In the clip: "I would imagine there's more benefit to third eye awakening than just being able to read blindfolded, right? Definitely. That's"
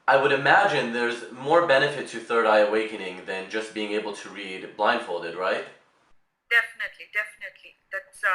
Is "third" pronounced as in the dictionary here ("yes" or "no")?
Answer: yes